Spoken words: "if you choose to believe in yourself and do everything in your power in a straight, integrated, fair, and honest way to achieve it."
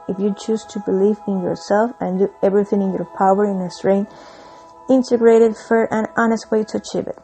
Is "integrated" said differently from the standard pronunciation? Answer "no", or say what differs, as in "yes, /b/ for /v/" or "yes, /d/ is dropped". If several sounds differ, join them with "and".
no